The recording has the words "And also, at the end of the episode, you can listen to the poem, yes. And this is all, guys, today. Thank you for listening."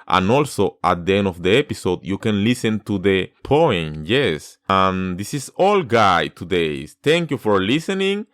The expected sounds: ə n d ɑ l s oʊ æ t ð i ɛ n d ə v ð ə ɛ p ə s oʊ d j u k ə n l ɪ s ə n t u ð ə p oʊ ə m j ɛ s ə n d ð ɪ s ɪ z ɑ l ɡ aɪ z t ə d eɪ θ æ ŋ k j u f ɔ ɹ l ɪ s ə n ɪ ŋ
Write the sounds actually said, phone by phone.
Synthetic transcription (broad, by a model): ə n ɑ l s oʊ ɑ t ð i ɛ n d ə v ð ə ɛ p ə s oʊ d j u k ə n l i s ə n t u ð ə p oʊ ə m j ɛ s ə n d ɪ s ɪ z ɑ l ɡ aɪ t ə d eɪ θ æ ŋ k j u f ɔ ɹ l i s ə n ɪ ŋ